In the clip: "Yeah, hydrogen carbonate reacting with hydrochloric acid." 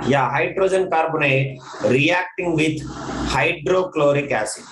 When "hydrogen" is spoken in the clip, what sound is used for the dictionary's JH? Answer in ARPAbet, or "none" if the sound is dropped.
JH